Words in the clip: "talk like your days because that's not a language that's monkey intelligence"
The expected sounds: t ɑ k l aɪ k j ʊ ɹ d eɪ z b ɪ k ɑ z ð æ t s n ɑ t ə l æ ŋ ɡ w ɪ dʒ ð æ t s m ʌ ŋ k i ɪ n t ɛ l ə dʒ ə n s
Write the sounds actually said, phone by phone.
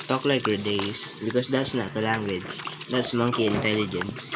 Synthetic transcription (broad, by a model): t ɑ k l aɪ k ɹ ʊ d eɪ s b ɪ k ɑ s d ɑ t s n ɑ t ə l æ ŋ ɡ w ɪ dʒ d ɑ t s m ʌ ŋ k i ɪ n t ɛ l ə dʒ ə n s